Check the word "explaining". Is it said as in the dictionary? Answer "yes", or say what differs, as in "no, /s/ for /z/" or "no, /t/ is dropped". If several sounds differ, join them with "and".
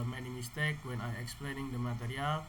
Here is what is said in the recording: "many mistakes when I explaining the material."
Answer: yes